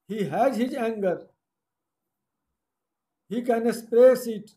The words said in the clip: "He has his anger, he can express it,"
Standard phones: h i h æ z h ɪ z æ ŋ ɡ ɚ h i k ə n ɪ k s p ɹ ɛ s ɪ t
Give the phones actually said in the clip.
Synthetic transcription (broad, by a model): h i h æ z h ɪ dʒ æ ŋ ɡ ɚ h i k ə n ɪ s p ɹ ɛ s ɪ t